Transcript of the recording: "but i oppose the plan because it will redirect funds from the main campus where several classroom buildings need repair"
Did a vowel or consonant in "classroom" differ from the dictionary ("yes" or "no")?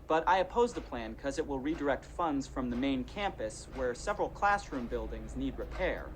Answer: no